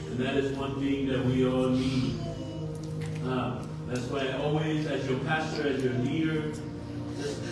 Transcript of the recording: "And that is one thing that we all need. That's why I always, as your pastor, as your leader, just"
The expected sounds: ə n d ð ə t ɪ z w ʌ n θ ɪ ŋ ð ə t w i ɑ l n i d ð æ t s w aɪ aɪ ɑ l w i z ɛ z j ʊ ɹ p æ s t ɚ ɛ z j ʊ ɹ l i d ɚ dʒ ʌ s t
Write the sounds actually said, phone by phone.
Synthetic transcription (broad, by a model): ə n ð ə t ɪ z w ʌ n θ ɪ ŋ ð ə t w i ɑ l n i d ð æ t s w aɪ aɪ ɑ l w i z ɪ z j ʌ ɹ p æ s t ɚ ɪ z j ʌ ɹ n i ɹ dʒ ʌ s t